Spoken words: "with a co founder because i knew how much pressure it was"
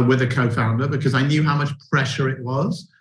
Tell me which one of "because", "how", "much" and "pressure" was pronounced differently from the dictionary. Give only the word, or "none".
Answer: none